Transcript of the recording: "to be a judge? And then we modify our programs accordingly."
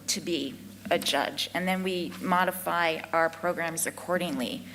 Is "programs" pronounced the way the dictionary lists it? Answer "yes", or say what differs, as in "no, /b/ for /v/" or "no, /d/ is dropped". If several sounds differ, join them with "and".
yes